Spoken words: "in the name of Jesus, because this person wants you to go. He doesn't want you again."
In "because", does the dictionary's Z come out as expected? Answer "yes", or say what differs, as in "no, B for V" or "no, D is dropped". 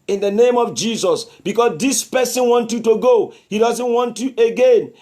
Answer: no, S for Z